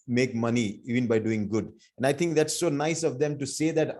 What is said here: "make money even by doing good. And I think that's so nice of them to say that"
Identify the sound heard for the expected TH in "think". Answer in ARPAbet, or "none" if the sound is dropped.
T